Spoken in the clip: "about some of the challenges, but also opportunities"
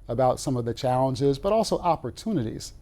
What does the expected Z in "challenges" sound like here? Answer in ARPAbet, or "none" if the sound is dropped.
Z